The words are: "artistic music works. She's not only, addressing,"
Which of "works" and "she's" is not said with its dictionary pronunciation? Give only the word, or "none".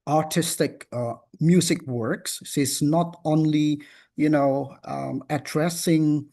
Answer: she's